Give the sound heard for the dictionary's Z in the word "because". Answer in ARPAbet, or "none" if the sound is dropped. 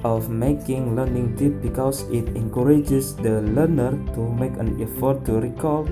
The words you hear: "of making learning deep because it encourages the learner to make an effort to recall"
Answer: S